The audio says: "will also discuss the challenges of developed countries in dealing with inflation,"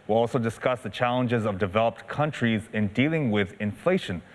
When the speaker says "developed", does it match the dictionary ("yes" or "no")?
yes